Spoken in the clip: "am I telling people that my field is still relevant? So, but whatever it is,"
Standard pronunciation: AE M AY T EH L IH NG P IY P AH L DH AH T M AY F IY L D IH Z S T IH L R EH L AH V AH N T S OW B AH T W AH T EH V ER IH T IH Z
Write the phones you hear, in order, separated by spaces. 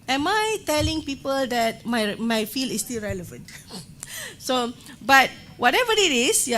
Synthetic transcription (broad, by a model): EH M AY T EH L IH NG P IY P AH L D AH T M AY F IY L IH S T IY L R EH L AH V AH N T S OW B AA T W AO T EH V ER IH T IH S